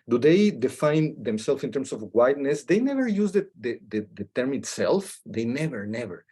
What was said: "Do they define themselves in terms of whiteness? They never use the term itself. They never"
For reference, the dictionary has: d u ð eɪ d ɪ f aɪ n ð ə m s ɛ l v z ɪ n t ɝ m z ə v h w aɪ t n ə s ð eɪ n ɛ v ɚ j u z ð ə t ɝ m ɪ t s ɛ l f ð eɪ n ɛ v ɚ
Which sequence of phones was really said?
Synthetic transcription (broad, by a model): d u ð eɪ d ɪ f aɪ n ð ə m s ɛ l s ɪ n t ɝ m s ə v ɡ w aɪ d n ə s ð eɪ n ɛ v ɚ j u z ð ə t ɝ m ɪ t s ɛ l f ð eɪ n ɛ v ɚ